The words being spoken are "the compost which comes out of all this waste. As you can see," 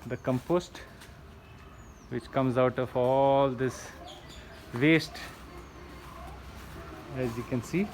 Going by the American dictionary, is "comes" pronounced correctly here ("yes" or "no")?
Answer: yes